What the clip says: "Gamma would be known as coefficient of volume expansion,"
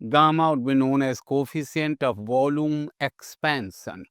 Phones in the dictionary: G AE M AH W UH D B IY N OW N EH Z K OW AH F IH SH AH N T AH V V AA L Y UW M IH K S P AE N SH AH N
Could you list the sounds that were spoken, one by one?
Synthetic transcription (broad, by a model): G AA M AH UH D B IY N OW N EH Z K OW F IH S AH N T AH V V AA L Y UW M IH K S P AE N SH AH N